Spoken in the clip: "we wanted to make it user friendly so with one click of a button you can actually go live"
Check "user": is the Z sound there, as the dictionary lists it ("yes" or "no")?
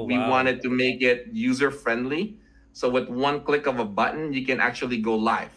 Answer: yes